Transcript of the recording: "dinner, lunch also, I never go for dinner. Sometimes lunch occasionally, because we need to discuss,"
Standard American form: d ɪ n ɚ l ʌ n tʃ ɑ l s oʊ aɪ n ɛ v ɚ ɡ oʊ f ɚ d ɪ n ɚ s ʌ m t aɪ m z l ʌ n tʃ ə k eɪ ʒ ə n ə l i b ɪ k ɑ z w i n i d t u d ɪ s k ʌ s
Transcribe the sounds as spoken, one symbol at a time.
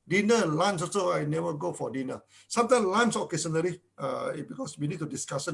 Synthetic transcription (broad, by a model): d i n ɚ l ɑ n s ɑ s oʊ aɪ n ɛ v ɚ ɡ oʊ f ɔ d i n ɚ s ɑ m t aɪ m l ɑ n s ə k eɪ s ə n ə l i b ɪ k ɑ s w i n i d t u d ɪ s k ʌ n